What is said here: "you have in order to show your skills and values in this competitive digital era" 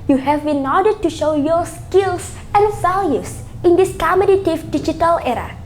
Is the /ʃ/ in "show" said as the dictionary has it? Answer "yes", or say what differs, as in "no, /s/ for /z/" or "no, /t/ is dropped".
yes